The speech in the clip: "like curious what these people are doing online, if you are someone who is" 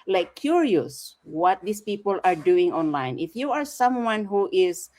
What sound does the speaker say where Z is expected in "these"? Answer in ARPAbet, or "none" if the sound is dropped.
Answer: S